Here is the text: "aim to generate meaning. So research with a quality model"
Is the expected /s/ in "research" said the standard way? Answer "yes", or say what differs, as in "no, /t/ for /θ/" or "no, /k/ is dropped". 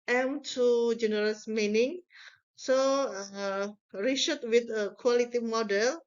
no, /ʃ/ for /s/